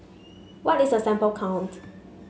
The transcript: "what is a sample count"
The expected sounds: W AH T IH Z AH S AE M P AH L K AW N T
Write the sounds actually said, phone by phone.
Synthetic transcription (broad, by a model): W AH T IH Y AH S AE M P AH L K AW N T